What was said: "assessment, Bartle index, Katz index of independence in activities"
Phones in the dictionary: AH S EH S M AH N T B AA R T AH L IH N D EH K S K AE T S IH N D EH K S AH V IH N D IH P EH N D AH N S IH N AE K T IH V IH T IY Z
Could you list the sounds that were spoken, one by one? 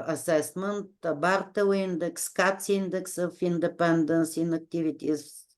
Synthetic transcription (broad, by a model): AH S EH S M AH N T B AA R T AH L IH N D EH K S K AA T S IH N D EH K S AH F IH N D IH P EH N D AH N S IH N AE K T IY V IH T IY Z